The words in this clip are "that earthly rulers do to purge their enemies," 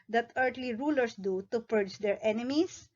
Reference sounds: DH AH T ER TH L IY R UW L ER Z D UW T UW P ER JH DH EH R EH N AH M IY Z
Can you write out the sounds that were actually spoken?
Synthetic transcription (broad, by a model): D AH T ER T L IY R UW L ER S D UW T UW P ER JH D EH R EH N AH M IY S